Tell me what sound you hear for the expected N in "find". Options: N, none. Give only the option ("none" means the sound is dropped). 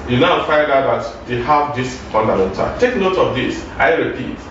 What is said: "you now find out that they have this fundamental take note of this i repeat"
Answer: none